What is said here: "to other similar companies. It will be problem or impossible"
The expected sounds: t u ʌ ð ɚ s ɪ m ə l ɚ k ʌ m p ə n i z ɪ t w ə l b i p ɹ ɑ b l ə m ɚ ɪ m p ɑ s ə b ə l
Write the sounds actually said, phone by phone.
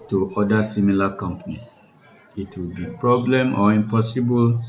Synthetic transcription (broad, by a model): t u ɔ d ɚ s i m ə l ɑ k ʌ m p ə n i s ɪ t w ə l b i p ɹ ɑ b l ə m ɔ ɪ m p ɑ s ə b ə l